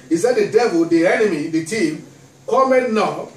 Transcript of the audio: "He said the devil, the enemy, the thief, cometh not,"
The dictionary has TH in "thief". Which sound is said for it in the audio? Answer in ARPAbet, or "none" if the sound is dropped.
T